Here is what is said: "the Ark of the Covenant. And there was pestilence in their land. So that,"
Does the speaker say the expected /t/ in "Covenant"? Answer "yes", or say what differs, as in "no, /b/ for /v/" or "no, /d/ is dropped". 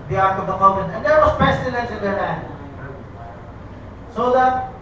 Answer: no, /t/ is dropped